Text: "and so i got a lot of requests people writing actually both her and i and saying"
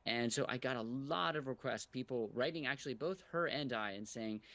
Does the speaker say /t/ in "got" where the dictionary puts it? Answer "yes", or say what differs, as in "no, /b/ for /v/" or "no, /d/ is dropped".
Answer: yes